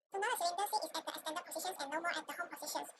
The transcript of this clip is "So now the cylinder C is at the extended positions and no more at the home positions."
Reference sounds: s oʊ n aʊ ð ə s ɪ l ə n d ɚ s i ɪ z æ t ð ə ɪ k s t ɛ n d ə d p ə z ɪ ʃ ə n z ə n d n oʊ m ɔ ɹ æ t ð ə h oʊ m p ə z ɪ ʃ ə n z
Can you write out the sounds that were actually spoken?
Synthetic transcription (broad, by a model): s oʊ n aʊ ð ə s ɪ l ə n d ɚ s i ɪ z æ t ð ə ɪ s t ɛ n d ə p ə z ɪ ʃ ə n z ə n n oʊ m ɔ ɹ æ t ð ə h oʊ m p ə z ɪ ʃ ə n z